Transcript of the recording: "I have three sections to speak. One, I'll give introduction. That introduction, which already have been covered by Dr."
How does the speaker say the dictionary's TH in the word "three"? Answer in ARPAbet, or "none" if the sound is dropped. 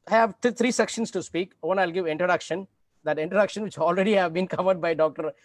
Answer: T